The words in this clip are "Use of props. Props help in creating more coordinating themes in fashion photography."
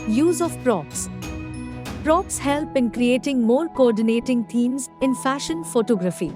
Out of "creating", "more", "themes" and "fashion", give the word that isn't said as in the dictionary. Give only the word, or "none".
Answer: themes